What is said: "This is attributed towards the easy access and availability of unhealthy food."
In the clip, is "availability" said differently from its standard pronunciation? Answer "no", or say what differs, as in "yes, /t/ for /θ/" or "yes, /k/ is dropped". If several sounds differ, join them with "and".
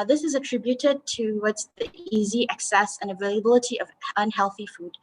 no